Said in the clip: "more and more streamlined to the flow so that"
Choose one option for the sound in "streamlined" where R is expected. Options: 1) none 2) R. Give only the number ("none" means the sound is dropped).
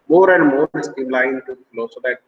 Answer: 1